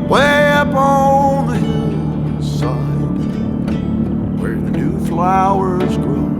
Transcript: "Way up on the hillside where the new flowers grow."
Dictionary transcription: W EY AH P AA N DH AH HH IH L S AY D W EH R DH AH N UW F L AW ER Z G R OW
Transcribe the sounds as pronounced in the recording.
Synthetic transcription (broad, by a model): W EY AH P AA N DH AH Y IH S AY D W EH R DH AH N UW F L AW ER Z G R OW